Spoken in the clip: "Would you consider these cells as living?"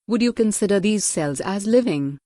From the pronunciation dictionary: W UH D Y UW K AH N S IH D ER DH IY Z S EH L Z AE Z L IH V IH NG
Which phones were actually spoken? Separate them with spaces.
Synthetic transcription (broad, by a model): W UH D Y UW K AH N S IH D ER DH IY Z S EH L Z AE Z L IH V IH NG